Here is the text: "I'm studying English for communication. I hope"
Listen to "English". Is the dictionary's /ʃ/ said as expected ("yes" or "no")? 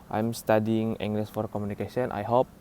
no